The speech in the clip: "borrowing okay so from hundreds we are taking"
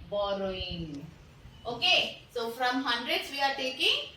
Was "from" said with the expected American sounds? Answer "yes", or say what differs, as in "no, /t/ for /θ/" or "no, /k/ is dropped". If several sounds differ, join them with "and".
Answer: yes